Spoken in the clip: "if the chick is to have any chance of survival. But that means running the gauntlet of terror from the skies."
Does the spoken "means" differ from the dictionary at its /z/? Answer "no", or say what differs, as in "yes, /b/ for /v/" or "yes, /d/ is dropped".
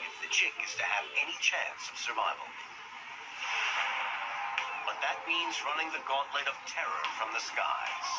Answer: no